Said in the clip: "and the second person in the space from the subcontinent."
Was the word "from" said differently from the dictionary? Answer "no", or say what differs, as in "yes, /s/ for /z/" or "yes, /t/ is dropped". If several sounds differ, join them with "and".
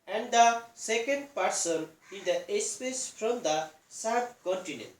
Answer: yes, /p/ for /f/